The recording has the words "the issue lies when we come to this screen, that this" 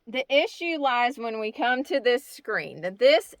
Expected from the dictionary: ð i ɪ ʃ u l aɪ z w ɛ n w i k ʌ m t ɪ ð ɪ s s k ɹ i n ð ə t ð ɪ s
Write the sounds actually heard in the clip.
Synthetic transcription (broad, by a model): ð i ɪ ʃ u l aɪ z w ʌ n w i k ʌ m t ɪ ð ɪ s s k ɹ i n ð ə t ð ɪ s